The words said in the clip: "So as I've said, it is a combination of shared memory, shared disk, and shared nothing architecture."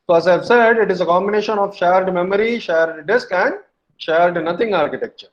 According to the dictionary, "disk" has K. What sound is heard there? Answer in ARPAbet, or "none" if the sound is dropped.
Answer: K